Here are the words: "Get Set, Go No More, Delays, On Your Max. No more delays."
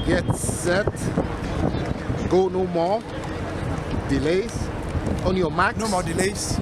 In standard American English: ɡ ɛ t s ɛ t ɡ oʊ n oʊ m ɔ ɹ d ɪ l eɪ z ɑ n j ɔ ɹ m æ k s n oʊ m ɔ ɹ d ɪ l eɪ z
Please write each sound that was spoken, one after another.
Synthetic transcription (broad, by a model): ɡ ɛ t s ɛ t ɡ oʊ n oʊ m ɔ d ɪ l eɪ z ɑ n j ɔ m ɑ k n oʊ m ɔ d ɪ l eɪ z